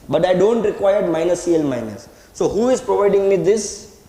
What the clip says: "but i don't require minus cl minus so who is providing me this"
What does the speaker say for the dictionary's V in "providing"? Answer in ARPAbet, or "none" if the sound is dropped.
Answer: V